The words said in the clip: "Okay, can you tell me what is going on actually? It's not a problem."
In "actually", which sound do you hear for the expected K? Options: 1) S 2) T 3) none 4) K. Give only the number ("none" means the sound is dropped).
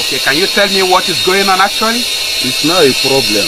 3